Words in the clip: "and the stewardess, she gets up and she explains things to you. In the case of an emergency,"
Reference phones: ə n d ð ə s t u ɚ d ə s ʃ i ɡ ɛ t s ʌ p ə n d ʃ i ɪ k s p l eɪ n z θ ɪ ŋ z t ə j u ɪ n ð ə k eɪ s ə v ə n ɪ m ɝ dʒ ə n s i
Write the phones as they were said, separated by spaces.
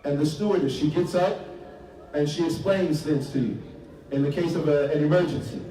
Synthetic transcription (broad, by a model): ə n ð ə s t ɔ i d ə ʃ i ɡ ɛ t s ʌ p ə n ʃ i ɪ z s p l eɪ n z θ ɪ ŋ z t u ɪ n ð ə k eɪ s ə v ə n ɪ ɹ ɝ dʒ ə n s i